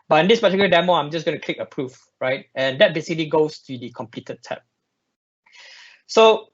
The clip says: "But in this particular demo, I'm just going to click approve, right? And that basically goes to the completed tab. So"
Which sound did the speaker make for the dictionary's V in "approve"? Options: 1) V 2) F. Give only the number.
2